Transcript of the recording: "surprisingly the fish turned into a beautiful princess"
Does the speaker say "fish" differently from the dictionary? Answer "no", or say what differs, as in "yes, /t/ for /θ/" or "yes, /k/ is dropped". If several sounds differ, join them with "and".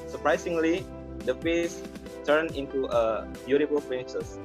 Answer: yes, /s/ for /ʃ/